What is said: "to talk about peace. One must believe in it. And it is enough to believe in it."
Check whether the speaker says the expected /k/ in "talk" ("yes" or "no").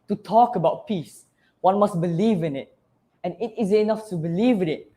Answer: yes